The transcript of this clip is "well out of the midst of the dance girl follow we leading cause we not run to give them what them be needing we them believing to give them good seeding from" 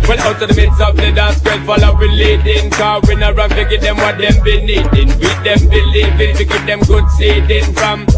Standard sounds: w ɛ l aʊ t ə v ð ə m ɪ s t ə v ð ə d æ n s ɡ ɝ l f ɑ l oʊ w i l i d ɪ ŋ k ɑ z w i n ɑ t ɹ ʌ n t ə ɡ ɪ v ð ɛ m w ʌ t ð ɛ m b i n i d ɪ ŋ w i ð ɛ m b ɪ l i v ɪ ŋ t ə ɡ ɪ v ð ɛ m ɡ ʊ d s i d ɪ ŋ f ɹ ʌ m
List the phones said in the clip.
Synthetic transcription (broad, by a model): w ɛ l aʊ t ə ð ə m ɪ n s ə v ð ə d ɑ s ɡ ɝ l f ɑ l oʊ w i l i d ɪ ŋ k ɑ w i n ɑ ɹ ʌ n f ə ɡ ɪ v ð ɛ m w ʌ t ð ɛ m b i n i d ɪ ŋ w i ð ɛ m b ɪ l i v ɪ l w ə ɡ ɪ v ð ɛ m ɡ ʊ d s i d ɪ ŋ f ɹ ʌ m